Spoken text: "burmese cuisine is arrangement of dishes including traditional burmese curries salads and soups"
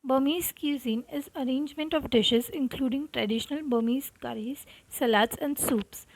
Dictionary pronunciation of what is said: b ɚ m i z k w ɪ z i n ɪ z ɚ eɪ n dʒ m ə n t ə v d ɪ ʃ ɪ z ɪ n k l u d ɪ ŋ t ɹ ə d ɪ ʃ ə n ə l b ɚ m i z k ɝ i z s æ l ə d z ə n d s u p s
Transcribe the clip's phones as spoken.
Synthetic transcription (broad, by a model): b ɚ m i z k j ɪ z i n ɪ z ɚ eɪ n dʒ m ə n t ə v d ɪ ʃ ɪ z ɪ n k l u d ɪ ŋ t ɹ ə d ɪ ʃ ə n ə l b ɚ m i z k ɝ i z s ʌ l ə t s ə n d s u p s